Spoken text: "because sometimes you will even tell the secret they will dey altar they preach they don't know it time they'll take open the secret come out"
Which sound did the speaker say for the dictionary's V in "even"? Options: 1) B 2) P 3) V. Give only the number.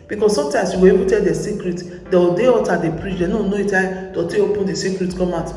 1